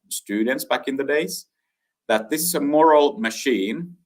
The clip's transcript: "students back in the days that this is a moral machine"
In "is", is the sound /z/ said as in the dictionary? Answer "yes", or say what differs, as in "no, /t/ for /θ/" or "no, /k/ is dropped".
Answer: yes